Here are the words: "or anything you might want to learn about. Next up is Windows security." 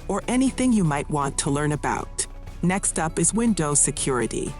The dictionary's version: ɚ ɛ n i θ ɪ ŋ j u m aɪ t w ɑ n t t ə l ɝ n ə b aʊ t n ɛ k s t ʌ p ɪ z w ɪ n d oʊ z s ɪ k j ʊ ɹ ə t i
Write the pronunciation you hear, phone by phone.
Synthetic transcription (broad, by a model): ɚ ɛ n i θ ɪ ŋ j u m aɪ t w ɑ n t t ə l ɝ n ə b aʊ t n ɛ k s t ʌ p ɪ z w ɪ n d oʊ s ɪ k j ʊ ɹ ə t i